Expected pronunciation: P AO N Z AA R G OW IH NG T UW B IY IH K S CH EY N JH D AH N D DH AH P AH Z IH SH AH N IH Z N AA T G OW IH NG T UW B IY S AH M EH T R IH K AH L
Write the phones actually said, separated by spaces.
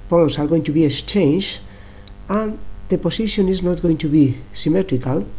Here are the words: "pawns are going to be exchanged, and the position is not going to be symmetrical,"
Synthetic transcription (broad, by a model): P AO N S AA R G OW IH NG T UW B IY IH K S CH EY N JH AH N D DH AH P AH S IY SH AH N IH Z N AA T G OW IH NG T UW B IY S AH M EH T R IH K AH L